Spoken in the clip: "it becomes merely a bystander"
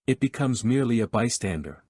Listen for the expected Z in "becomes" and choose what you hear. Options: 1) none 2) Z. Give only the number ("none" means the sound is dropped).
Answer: 2